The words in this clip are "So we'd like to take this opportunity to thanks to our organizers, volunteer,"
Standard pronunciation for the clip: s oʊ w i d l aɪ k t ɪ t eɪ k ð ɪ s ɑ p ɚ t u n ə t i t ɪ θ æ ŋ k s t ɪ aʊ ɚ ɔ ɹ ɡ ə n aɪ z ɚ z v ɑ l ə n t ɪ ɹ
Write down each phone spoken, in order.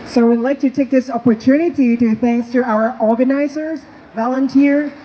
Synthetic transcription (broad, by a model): s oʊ w i d l aɪ k t ɪ t eɪ k ð ɪ s ɑ p ɚ t u n ə t i t ɪ θ æ ŋ k s t ɪ aʊ ɚ ɔ ɹ ɡ ə n aɪ z ɚ z v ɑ l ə n t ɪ ɹ